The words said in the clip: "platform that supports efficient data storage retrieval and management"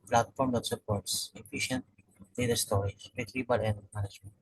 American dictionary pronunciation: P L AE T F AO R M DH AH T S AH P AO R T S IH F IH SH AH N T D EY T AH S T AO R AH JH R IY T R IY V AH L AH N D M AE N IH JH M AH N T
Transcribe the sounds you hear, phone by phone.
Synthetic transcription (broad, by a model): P L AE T F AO R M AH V S AH P AO R T S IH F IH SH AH N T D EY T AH S T AO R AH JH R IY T L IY B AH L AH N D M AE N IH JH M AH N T